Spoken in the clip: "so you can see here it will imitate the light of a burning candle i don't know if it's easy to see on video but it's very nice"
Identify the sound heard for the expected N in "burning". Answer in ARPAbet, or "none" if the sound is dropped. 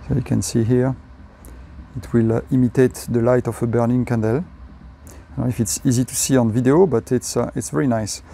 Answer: N